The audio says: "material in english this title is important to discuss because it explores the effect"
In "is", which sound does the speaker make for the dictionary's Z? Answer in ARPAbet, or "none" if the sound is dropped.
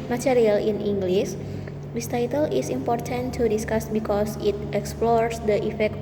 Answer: S